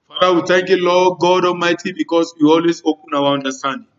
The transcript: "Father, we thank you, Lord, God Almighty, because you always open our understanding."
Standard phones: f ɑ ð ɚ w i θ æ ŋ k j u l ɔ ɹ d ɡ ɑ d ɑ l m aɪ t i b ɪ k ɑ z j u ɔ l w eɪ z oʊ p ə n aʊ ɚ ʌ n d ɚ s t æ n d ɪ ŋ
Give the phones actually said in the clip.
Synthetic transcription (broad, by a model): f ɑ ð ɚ w i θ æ ŋ k j u l ɔ ɡ ɑ d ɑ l m aɪ t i b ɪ k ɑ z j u ɔ l w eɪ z oʊ p ə n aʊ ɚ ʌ n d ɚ s t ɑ n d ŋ